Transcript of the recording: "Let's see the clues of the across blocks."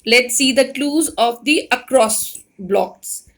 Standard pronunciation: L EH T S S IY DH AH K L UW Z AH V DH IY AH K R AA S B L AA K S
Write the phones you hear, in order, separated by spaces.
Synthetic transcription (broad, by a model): L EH T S S IY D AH K L UW Z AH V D IY AH K R AA S B L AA K S